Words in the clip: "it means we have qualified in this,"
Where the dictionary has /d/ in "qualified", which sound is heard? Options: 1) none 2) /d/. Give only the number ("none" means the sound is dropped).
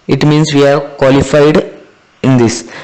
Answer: 2